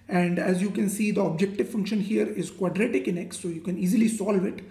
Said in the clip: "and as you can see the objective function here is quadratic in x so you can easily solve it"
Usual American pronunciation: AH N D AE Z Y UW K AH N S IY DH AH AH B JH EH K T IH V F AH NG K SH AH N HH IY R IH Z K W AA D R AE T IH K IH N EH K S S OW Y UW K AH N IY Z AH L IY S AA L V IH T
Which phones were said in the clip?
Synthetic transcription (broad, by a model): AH N D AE Z Y UW K AH N S IY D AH AH B JH EH K T IH V F AH NG K SH AH N HH IY R IH Z K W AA D R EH T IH K IH N EH K S S OW Y UW K AH N IY Z AH L IY S AA L V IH T